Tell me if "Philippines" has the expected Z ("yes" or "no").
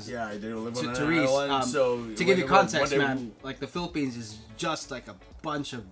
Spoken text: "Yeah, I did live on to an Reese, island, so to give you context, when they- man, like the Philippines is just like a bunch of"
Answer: yes